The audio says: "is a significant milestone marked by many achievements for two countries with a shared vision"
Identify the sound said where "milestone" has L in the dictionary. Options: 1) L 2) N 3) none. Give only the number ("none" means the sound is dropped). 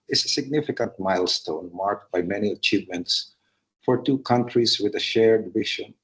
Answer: 1